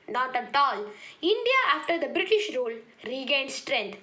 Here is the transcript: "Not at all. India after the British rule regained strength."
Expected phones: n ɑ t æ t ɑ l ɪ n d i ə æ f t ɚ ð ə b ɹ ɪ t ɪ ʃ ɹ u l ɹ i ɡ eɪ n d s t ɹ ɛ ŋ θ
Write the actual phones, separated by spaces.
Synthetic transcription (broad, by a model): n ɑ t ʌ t ɑ l ɪ n d i ə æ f t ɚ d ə b ɹ ɪ t ɪ ʃ ɹ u l ɹ i ɡ eɪ n d s t ɹ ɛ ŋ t